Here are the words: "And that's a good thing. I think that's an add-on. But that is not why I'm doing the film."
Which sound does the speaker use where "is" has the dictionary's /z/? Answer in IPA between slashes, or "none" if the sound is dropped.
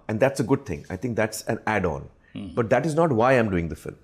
/z/